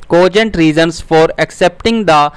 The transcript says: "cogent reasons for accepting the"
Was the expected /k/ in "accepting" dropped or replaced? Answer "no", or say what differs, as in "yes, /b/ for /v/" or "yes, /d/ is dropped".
no